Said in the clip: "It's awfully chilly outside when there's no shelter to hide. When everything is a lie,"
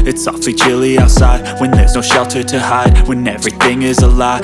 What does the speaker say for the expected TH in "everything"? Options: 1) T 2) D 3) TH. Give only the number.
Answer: 3